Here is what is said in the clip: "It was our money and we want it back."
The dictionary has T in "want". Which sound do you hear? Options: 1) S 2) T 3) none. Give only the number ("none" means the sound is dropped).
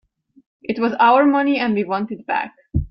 2